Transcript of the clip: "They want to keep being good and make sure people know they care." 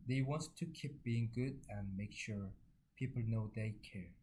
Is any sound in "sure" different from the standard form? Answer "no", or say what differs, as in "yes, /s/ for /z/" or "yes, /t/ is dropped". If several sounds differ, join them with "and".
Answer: no